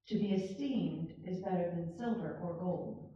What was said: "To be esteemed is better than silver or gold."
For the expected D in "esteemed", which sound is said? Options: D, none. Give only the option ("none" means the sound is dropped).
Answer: D